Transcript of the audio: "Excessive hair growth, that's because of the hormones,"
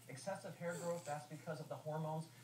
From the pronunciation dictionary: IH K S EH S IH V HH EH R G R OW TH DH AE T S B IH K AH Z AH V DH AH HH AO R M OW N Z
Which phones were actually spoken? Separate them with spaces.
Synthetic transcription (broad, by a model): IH K S EH S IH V HH EH R G R OW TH DH AE T S B IH K AH Z AH V DH AH HH AO R M OW N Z